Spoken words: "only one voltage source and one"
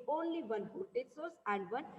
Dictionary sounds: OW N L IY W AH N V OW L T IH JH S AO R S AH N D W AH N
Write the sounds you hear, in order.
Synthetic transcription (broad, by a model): OW N L IY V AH N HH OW T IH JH S AO R S AH N D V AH N